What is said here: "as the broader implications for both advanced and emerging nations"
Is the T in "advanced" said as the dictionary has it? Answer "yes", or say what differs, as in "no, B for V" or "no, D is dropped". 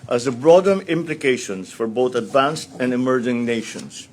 yes